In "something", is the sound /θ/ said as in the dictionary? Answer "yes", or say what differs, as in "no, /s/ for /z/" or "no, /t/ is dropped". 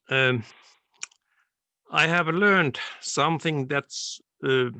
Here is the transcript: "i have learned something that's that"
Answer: yes